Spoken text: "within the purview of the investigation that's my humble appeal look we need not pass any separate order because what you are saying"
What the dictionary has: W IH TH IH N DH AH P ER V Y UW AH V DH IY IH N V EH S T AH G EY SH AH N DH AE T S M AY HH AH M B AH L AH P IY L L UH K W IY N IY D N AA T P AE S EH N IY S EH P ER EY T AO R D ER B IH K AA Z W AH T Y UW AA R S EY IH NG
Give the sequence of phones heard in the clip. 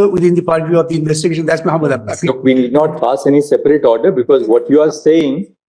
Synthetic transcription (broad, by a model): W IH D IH N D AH P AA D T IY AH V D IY IH N V EH S T AH G EY SH AH N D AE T S M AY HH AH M AH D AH AA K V IY N IY D N AA T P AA S EH N IY S EH P ER EY T AO R D ER B IH K AA Z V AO T Y UW AA R S EY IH NG